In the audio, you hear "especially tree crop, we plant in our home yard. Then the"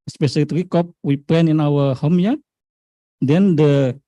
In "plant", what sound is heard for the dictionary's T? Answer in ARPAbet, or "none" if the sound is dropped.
none